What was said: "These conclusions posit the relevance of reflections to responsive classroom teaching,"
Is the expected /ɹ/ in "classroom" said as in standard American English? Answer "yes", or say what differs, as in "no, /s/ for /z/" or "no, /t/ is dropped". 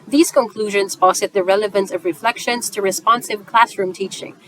yes